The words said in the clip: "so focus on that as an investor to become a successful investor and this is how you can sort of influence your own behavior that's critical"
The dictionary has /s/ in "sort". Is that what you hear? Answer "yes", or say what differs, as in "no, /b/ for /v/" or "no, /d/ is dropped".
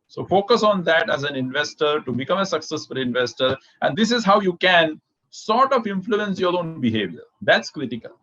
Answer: yes